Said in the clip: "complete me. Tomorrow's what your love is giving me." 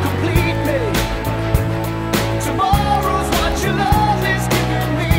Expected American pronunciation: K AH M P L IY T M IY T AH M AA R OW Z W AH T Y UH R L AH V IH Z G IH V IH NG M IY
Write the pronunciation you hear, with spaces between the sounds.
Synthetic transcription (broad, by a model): K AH M P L IY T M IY T AH M AA R OW Z W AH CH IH L AH V IH Z G IH V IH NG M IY